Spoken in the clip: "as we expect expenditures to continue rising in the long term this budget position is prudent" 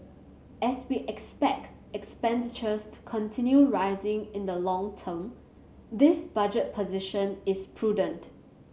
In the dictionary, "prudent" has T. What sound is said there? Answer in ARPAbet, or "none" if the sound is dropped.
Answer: T